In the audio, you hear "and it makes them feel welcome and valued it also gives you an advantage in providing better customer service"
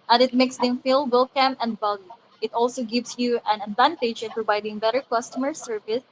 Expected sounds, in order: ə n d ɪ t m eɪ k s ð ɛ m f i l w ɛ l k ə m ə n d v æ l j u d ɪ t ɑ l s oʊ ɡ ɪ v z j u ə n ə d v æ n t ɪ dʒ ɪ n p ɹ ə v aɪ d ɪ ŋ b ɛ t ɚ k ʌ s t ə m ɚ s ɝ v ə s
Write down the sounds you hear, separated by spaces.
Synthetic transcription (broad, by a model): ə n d ɪ t m eɪ k s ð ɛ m f i l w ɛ l k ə m ə n d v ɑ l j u ɪ t ɑ l s oʊ ɡ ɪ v s j u ə n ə d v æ n t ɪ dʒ ɪ n p ɹ ə v aɪ d ɪ ŋ b ɛ t ɚ k ʌ s t ə m ɚ s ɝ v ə s